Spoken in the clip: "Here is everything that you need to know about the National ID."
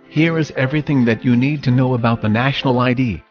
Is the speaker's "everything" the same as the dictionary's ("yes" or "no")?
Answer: yes